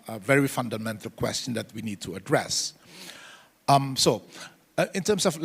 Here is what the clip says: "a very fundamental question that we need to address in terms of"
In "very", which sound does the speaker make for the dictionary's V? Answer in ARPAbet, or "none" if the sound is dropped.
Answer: V